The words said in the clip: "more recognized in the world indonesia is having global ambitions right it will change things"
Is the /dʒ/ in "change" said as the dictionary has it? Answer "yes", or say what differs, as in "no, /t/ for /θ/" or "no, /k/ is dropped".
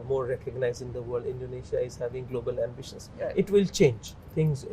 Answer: yes